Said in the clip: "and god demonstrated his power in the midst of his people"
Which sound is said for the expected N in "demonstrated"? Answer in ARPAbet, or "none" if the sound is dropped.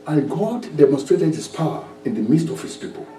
N